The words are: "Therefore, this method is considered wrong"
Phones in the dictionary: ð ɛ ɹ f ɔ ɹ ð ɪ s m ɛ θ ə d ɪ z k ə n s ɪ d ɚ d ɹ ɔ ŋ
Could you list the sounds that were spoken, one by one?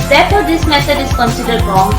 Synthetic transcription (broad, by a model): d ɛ ɹ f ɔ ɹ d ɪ s m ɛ s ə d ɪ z k ə n s ɪ d ɚ d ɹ ɔ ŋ